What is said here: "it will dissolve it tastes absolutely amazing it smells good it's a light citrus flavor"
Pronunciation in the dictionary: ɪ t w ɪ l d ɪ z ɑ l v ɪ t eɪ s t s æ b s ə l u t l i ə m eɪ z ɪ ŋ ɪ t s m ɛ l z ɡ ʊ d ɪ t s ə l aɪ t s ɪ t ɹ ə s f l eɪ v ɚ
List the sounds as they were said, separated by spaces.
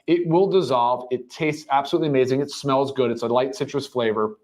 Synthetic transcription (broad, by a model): ɪ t w ɪ l d ɪ z ɑ l v ɪ t eɪ s t s æ b s ə l u t l i ə m eɪ z ɪ ŋ ɪ t s m ɛ l z ɡ ʊ d ɪ t s ə l aɪ t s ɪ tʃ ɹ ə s f l eɪ v ɚ